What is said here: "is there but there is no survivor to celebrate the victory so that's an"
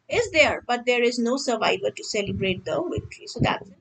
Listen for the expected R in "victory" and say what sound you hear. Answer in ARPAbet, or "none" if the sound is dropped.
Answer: L